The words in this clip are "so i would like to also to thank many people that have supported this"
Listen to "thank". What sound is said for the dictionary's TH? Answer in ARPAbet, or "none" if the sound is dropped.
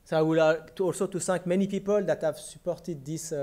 S